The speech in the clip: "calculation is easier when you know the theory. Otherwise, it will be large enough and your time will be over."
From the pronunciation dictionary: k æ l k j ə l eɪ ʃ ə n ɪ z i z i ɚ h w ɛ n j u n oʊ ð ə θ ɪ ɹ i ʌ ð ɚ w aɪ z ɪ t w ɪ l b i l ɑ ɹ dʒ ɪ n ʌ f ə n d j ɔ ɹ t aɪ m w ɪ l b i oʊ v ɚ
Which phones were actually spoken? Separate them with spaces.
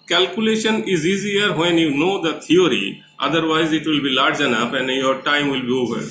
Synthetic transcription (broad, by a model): k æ l k j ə l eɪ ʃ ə n ɪ z i z i ɚ h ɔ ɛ n j u n oʊ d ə t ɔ ɹ i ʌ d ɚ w aɪ z ɪ t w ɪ l b i l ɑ ɹ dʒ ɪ n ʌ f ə n j ɔ ɹ t aɪ m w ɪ l b i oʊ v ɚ